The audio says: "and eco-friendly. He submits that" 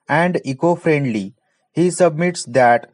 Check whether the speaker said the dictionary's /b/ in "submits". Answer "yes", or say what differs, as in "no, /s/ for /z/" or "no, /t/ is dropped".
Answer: yes